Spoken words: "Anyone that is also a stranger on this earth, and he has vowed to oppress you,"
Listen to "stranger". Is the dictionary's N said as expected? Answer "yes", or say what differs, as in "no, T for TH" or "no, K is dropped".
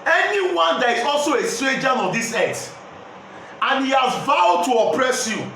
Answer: no, N is dropped